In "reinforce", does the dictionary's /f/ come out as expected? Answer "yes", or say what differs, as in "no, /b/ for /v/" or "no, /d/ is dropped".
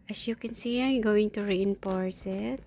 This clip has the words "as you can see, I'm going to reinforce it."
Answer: no, /p/ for /f/